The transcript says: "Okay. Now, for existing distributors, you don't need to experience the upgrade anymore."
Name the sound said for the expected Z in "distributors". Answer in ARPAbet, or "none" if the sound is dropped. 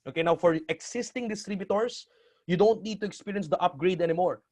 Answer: S